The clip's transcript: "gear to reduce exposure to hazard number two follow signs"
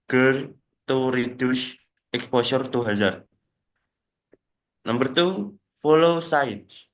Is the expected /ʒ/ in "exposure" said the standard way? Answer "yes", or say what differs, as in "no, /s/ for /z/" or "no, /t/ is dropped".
no, /s/ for /ʒ/